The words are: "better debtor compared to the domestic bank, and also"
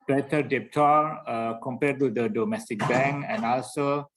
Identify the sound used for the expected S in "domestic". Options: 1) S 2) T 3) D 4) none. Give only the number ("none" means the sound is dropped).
1